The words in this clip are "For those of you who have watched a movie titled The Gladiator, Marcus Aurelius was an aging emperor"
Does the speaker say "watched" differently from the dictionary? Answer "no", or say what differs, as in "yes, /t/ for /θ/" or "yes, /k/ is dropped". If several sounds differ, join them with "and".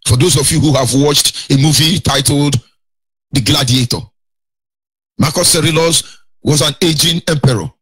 no